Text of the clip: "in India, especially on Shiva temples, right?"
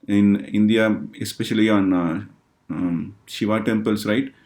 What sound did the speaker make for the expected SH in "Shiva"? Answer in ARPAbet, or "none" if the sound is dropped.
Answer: SH